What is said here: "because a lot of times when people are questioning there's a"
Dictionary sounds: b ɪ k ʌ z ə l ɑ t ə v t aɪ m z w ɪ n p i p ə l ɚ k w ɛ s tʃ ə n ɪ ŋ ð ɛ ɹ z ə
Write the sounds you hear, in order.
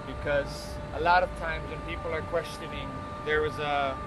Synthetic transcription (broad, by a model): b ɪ k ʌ z ə l ɑ t ə v t aɪ m z w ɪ n p i p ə l ɚ k w ɛ s tʃ ə n ɪ ŋ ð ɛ ɹ z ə